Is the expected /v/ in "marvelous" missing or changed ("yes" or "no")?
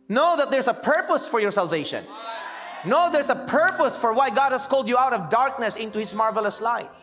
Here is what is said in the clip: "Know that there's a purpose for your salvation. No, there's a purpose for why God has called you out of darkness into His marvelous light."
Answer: no